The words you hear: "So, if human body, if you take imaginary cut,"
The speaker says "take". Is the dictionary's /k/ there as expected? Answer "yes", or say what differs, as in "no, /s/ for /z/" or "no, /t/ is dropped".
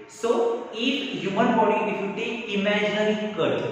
no, /k/ is dropped